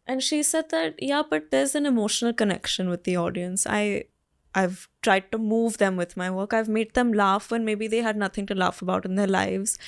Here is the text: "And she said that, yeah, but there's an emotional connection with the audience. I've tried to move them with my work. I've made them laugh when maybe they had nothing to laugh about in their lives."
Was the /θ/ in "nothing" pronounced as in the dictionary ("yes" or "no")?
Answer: no